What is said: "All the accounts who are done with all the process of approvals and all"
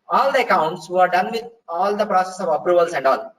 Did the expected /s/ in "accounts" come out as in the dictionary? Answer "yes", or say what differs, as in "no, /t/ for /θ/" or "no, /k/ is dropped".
yes